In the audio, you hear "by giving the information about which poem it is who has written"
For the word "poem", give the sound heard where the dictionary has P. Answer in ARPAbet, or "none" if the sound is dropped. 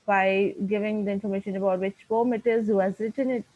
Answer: F